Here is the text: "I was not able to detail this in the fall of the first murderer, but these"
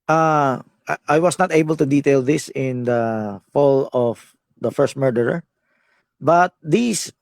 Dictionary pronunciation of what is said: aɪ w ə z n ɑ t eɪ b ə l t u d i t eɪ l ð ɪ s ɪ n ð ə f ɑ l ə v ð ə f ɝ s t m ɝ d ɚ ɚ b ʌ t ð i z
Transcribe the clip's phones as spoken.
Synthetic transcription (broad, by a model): aɪ w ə s n ɑ t eɪ b ə l t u d i t eɪ l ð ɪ s ɪ n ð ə f ɑ l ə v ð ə f ɝ s t m ɝ d ɚ ɚ b ʌ t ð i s